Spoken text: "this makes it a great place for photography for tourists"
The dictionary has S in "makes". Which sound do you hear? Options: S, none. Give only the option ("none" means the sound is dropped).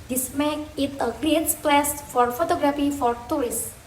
none